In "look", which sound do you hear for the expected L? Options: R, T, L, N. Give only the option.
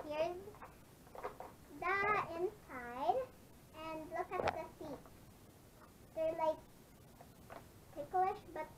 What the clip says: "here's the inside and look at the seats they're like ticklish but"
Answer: L